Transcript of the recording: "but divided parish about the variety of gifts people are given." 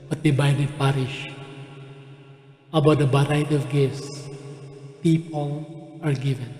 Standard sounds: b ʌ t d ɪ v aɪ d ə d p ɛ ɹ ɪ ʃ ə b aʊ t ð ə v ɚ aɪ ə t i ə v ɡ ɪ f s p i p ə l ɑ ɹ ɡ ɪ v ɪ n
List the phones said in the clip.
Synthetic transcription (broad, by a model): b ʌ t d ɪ b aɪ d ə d p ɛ ɹ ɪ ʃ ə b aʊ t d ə b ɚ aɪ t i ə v ɡ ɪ s p i p ə l ɑ ɹ ɡ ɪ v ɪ n